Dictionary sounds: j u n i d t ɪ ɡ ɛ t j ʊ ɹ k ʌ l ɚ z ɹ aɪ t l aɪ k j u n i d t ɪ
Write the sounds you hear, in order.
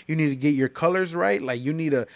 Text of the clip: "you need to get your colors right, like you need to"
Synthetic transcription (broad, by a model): j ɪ n i d t ɪ ɡ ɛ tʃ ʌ ɹ k ʌ l ɚ z ɹ aɪ t l aɪ k j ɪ n i d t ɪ